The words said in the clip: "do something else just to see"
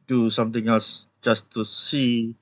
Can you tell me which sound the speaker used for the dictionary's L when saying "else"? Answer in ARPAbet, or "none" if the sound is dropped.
L